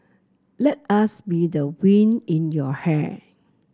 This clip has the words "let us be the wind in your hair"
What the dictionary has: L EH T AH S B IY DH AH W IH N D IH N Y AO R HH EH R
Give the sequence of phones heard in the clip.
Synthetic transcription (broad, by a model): L EH T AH S B IY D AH W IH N IH N Y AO HH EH